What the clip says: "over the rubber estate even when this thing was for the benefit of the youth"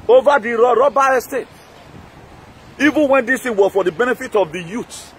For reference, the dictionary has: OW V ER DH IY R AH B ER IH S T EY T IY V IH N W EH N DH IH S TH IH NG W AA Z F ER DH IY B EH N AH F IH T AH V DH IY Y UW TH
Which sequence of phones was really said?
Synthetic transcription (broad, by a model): OW V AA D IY R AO B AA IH S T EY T IY V IH N W EH N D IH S T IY W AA F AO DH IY B EH N AH F IH T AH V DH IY Y UW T